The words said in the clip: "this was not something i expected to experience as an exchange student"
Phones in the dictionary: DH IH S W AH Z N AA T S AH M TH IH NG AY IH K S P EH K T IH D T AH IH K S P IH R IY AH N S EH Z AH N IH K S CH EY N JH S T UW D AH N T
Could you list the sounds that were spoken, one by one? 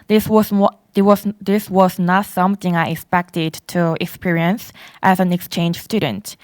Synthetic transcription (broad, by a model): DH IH S W AH Z N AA T S AH M TH IH NG AY IH K S P EH K T IH D T AH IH K S P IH R IY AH N S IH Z AH N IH K S CH EY N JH S T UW D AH N T